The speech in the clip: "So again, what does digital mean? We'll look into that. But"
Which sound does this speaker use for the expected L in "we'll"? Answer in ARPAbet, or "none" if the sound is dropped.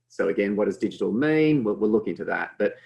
W